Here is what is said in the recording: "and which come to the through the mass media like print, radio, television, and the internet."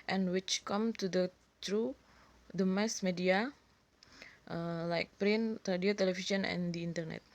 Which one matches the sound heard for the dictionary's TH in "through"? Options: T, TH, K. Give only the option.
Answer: T